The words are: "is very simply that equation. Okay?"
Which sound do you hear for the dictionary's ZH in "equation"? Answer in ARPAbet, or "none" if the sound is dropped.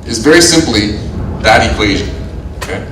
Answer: ZH